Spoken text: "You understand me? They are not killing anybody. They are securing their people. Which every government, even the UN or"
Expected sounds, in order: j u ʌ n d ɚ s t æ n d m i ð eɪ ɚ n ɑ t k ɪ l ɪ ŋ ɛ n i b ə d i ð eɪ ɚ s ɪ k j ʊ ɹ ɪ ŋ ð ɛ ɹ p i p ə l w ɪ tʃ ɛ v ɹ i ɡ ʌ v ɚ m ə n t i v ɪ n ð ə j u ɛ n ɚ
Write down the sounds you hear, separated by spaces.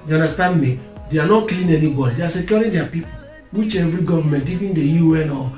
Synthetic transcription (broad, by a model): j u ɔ n d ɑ s t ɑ n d m i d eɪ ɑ n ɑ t k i l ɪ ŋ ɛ n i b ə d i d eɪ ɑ s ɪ k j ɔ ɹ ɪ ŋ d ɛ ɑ p i p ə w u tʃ ɛ v ɹ i ɡ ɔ v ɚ m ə n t i v ɪ n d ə j u ɛ n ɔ